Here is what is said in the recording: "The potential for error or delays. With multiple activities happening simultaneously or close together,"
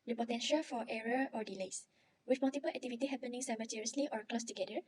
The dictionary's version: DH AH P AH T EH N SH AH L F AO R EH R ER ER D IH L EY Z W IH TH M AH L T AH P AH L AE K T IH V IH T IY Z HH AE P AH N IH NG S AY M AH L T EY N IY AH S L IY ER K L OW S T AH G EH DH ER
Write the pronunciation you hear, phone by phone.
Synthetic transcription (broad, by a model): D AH P AH T EH N SH AH L F AO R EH R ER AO D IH L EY S W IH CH M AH L T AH P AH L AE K T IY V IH T IY HH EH P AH N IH NG S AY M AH T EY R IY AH S L IY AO K L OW S T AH G EH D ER